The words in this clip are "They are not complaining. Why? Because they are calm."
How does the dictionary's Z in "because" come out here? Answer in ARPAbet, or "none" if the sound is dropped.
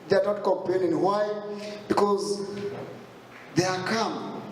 Z